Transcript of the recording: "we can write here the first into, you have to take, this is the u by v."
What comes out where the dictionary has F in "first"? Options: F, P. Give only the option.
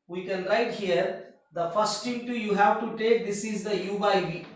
F